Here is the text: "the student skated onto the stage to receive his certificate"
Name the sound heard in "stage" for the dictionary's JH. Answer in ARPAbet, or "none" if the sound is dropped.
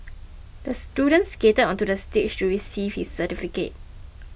CH